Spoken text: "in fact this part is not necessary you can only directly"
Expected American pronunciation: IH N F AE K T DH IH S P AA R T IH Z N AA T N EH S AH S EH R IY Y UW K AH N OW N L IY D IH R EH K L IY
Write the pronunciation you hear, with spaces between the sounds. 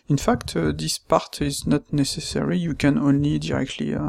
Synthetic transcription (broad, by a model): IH N F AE K T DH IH S P AA R T IH Z N AA T N EH S AH S EH R IY Y UW K AH N OW N L IY D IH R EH K L IY